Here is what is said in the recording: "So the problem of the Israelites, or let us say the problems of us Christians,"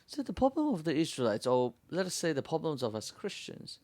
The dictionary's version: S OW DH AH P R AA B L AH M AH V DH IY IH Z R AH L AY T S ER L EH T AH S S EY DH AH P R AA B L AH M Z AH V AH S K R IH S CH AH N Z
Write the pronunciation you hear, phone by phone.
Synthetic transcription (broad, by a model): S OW DH AH P R AA B L AH M AH V DH IY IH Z R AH L AY T S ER L EH T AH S S EY DH AH P R AA B L AH M Z AH V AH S K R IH S CH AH N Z